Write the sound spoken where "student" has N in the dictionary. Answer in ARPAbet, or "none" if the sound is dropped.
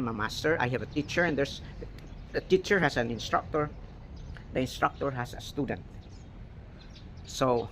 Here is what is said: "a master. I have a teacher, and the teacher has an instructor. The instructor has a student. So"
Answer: N